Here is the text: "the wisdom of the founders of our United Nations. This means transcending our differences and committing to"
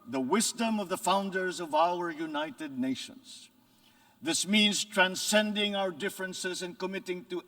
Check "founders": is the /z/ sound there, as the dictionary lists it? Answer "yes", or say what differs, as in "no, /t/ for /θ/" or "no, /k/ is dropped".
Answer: yes